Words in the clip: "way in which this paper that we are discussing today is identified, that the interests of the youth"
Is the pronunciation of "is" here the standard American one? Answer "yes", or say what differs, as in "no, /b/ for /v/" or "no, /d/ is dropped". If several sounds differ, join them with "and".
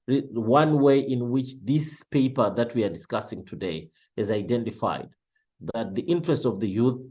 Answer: yes